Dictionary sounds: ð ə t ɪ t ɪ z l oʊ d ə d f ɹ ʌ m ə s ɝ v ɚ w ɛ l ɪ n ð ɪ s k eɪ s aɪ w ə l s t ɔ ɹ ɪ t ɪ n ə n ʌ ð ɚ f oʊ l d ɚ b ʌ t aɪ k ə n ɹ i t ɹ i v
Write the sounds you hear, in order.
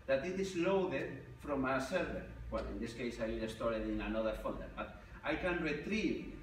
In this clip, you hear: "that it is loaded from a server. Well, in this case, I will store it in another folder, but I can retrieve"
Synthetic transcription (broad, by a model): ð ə t ɪ t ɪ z l oʊ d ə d f ɹ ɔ m ə s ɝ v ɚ w ɛ l ɪ n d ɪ s k eɪ s aɪ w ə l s t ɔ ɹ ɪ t ɪ n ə n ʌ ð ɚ f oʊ n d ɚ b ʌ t aɪ k ə n ɹ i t ɹ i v